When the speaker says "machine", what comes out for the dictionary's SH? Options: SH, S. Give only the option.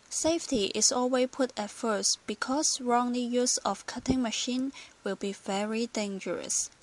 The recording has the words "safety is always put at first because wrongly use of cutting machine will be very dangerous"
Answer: SH